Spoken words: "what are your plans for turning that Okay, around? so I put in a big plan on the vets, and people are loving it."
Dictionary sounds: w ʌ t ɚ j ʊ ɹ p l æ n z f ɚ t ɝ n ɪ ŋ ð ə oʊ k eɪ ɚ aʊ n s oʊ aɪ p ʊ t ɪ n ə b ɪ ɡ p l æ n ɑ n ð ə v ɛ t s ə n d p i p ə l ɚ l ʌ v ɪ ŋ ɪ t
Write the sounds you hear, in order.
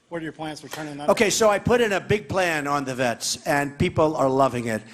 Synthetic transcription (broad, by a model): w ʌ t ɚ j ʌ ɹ p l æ n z f ɚ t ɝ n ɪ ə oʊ k eɪ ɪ s oʊ aɪ p ʊ t ɪ n ə b ɪ ɡ p l æ n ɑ n ð ə v ɛ t s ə n p i p l ɚ l ʌ v ɪ ŋ ɪ t